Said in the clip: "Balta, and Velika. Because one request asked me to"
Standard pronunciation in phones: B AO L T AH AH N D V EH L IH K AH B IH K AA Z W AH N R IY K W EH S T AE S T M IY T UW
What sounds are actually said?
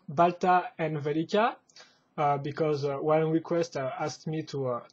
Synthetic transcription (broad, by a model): B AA L T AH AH N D V EH L IH K AH B IH K AA Z W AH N R IY K W EH S T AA S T M IY T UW